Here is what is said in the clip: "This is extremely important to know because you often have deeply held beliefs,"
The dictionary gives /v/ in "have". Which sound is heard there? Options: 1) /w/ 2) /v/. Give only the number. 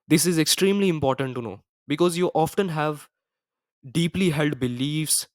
2